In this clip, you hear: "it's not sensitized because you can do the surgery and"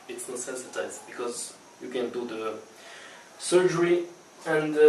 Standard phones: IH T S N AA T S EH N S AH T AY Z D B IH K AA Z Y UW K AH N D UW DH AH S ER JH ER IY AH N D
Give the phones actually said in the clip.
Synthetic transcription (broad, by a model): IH T S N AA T S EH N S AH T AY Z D B IH K AA Z Y UW K AH N D UW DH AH S ER JH ER IY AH N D